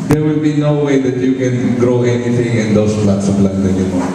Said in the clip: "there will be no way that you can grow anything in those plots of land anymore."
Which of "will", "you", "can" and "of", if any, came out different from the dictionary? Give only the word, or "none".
of